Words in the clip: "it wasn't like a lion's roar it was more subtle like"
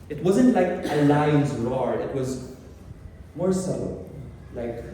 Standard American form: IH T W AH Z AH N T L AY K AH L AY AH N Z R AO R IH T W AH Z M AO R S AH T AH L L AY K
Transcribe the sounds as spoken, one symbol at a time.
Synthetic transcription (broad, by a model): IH T W AH Z AH N T L AY K AH L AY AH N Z R AO R IH T W AH Z M AO R S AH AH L L AY K